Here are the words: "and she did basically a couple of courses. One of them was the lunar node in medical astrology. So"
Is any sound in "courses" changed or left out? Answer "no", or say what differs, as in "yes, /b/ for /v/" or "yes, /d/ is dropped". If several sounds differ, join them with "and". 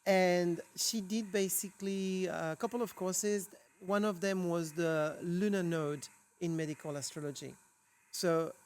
no